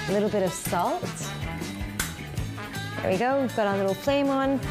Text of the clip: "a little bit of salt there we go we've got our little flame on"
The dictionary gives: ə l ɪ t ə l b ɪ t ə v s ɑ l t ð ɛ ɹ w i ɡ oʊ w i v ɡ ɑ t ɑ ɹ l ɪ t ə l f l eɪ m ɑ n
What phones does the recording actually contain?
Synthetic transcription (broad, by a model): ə l ɪ t l b ɪ t ə v s ɑ l t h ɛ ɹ w i ɡ oʊ w i v ɡ ɑ t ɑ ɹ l ɪ t l p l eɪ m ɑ n